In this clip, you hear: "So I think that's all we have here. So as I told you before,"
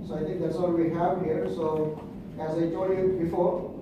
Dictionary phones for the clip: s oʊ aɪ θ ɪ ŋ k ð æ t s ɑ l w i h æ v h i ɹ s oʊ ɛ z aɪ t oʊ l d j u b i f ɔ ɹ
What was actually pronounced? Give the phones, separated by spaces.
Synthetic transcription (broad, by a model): s oʊ aɪ t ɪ ŋ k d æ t s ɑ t w i h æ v h i ɹ s oʊ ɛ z aɪ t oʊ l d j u b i f ɔ ɹ